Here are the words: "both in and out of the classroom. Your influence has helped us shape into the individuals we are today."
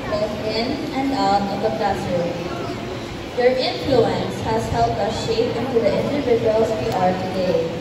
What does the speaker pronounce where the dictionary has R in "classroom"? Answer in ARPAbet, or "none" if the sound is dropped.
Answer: none